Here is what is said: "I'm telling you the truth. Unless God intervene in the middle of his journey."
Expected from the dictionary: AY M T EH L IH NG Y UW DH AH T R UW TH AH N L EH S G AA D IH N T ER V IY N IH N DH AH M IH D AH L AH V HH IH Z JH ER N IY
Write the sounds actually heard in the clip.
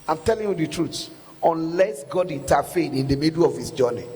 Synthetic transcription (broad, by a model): AY M T EH L IH NG Y UW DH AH T R UW S AH N L EH S G AA D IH N T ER F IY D IH N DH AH M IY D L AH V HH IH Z JH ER N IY